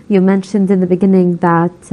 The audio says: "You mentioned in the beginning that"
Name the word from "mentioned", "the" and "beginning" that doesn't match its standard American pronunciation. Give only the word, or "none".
none